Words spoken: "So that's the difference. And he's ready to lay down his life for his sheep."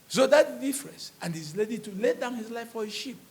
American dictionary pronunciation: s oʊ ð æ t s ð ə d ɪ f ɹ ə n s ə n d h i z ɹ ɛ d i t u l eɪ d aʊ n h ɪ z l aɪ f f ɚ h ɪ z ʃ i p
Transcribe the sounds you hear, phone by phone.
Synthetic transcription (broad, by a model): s oʊ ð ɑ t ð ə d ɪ f ɹ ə n s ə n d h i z l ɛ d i t u l eɪ d aʊ n h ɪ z l aɪ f f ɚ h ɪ ʃ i p